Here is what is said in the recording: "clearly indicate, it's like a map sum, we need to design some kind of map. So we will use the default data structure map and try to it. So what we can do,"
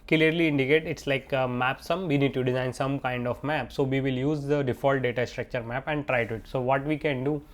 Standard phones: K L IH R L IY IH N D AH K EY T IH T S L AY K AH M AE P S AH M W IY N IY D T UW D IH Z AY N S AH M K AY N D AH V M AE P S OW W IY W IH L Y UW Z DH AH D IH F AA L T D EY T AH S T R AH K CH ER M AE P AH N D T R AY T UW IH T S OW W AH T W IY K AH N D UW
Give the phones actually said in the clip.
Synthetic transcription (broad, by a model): K L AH R L IY IH N D AH K EY T IH T S L AY K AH M AE P S AH M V IY N IY D T UW D IH Z AY N S AH M K AY N D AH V M AE P S OW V IY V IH L Y UW Z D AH D IH F AA L T D EY T AH S T R AH K CH ER M AE P AH N D T R AY T UW IH T S OW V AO T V IY K AH N D UW